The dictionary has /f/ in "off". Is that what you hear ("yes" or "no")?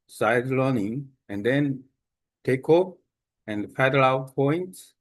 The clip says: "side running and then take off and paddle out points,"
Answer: no